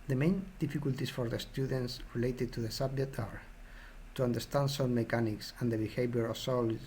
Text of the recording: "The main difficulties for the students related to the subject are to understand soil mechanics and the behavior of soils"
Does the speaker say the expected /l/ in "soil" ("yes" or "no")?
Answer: no